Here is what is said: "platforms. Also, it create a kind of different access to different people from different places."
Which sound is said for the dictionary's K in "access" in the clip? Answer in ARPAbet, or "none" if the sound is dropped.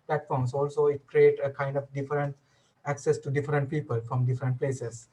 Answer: K